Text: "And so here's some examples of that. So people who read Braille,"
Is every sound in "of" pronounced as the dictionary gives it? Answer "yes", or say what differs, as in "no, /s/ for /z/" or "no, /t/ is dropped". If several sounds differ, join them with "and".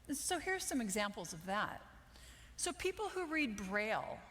yes